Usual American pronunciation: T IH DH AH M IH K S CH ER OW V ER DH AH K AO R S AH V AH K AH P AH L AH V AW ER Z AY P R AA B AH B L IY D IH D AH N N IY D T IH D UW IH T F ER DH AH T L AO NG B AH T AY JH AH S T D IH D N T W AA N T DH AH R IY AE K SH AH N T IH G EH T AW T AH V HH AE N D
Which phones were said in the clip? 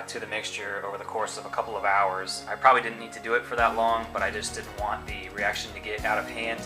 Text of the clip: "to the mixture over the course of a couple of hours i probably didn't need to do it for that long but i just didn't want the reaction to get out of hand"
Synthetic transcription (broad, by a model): T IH DH AH M IH K S CH ER OW V ER DH AH K AO R S AH V AH K AH P L AH V AW ER Z AY P R AA B AH B L IY D IH D N N IY D T IH D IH IH T F ER DH AH T L AO NG B AH T AY JH AH S D IH D N T W AA N DH AH R IY AE K SH AH N T IH G EH T AW T AH V HH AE N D